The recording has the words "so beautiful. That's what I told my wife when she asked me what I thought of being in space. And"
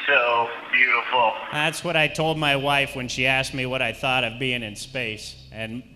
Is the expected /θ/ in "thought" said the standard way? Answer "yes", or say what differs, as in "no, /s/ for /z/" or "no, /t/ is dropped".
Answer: yes